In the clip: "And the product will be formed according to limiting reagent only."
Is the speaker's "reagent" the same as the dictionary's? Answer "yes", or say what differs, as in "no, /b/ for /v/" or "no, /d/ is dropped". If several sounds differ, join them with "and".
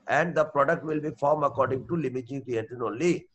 no, /t/ is dropped